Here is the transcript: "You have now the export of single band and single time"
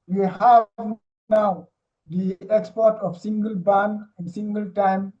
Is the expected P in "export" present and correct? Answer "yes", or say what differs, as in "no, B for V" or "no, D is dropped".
yes